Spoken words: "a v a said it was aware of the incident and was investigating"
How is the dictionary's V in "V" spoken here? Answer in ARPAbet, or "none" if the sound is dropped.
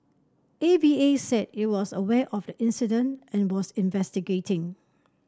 B